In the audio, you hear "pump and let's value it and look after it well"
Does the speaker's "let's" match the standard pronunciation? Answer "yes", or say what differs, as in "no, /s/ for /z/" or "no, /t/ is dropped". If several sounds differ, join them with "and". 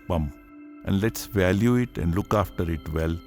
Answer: yes